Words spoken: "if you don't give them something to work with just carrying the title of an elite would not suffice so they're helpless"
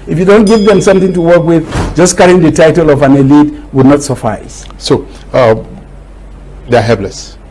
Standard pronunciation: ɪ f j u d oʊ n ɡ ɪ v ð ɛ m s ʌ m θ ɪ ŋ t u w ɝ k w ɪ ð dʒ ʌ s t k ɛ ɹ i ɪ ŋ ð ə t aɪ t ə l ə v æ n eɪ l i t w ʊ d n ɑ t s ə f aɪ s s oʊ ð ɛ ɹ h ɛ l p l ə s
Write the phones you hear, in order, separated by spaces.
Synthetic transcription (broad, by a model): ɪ f j u d oʊ n ɡ ɪ v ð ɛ m s ʌ m θ ɪ ŋ t u w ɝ k w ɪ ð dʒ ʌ s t k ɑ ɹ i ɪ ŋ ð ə t aɪ t ə l ə v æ n eɪ l i t w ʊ d n ɑ t s ə f aɪ s s oʊ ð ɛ h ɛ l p l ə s